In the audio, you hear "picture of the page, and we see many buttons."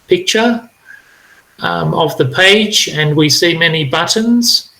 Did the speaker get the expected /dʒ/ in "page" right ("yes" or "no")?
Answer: yes